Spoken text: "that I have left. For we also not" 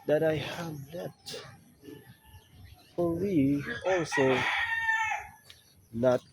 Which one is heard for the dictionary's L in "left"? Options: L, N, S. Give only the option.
N